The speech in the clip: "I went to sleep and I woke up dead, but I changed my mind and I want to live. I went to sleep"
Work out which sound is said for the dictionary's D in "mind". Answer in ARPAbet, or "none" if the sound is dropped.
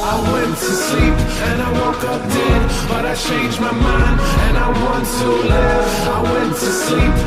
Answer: none